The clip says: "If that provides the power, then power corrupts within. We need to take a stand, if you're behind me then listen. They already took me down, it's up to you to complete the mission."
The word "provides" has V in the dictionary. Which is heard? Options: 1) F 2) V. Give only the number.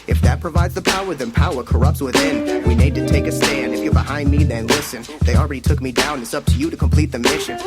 2